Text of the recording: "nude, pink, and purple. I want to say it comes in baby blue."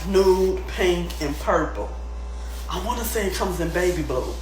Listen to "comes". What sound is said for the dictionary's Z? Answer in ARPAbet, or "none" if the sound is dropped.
Z